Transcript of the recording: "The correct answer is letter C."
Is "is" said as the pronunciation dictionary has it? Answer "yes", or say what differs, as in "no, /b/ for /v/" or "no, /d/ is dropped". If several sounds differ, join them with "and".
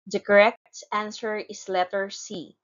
no, /s/ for /z/